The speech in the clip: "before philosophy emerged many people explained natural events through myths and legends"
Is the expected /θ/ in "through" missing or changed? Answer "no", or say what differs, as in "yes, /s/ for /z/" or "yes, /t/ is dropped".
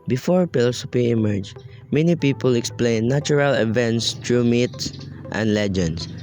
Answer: yes, /t/ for /θ/